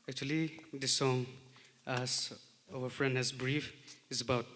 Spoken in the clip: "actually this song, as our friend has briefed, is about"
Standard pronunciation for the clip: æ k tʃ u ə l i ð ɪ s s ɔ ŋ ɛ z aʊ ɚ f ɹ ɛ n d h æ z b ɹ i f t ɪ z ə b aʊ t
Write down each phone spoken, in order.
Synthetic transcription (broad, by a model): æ k tʃ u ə l i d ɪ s s ɔ ŋ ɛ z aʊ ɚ f ɹ ɛ n d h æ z b ɹ i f ɪ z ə b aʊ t